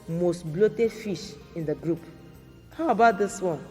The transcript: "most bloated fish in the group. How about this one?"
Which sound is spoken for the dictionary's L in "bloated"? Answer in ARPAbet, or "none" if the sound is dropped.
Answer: L